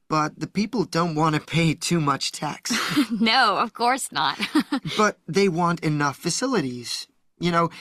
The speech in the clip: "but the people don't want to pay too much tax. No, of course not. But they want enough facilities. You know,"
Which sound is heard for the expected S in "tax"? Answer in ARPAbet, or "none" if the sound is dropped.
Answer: S